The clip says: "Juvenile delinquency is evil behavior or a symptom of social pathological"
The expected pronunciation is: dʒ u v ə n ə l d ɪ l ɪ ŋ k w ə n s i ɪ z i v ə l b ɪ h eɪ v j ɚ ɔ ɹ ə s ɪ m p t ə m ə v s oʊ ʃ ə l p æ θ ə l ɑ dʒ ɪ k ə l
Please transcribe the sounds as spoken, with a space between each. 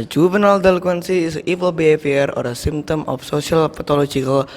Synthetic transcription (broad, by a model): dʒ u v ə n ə l d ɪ l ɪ k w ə n s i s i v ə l b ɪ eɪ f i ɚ ɔ ɹ ə s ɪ m t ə m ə f s oʊ s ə l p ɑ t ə l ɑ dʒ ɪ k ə l